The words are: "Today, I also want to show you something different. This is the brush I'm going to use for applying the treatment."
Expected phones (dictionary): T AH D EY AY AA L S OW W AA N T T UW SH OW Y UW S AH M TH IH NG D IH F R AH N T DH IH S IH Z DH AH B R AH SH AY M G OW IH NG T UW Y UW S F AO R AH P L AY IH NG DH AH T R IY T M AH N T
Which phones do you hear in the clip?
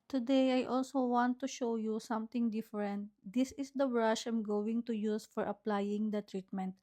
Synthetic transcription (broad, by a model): T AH D EY AY AA L S OW W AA N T T UW SH OW Y UW S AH M T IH NG D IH F R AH N T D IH S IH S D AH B R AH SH AY M G OW IH NG T UW Y UW S F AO R AH P L AY IH NG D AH T R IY T M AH N T